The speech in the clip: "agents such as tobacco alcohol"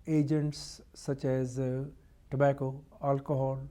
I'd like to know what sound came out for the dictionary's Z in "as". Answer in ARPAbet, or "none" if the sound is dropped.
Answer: Z